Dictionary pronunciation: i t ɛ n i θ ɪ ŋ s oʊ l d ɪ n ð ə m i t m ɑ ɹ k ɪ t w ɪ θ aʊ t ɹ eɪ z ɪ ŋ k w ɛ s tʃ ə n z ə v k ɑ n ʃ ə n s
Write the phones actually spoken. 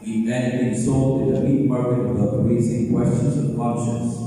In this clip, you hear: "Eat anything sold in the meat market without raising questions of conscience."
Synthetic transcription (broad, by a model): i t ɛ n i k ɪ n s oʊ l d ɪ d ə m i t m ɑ ɹ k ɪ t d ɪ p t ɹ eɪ s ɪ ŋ k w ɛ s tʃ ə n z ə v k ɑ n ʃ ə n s